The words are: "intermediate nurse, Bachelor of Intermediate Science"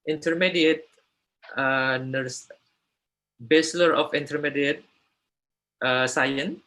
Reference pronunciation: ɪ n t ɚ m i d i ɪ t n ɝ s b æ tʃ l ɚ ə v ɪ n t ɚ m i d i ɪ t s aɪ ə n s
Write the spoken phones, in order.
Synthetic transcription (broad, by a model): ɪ n t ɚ m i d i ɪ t n ɝ s b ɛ s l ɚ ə f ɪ n t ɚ m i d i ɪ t s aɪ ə n